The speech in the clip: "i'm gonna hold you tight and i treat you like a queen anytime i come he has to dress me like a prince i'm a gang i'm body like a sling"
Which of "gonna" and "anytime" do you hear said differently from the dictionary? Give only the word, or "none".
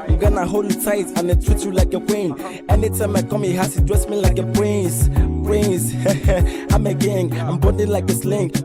none